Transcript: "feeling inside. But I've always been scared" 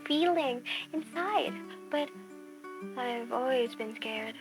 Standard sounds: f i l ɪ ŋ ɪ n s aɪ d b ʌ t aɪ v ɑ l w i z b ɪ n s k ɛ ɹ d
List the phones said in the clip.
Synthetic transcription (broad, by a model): f i l ɪ ŋ ɪ n s aɪ d b ʌ t aɪ v ɑ l w i z b ɪ n s k ɛ ɹ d